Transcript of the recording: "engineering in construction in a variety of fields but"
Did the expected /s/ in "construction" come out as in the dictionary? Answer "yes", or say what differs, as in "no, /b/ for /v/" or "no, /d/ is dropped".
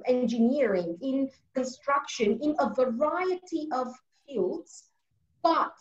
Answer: yes